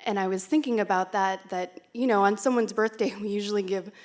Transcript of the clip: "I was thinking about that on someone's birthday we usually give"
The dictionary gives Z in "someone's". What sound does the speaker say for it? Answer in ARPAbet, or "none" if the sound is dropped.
Z